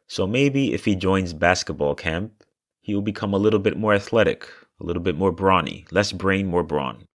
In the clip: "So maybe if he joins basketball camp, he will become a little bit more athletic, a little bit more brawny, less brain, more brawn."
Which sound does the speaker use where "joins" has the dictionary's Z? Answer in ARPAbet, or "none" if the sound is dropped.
Z